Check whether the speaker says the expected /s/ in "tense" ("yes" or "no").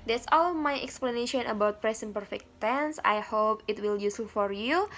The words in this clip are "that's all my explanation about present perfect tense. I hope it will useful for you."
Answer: yes